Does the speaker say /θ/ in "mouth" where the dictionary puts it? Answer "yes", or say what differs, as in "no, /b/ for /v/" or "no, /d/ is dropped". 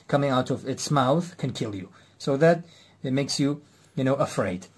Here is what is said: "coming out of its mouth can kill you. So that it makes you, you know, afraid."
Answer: yes